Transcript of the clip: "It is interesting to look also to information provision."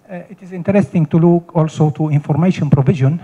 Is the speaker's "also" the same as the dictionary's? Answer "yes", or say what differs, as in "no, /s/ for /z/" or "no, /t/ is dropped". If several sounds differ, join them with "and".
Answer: yes